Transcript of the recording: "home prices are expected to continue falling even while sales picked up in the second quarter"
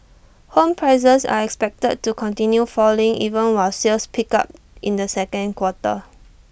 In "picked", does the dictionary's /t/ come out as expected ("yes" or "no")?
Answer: no